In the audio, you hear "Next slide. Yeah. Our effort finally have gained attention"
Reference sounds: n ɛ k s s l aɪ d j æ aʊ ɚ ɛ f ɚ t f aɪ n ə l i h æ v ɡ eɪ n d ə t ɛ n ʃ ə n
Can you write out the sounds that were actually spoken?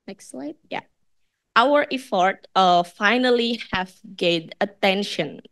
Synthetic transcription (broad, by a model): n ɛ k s s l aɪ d j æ aʊ ɚ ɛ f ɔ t f aɪ n ə l i h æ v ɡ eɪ d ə t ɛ n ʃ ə n